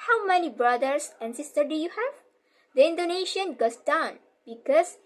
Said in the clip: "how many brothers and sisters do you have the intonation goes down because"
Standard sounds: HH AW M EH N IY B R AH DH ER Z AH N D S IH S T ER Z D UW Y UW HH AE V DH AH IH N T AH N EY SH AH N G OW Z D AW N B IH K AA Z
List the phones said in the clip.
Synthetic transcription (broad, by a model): HH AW M EH N IY B R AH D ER S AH N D S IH S T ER D UW Y UW HH AE V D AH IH N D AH N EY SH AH N G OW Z D AW N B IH K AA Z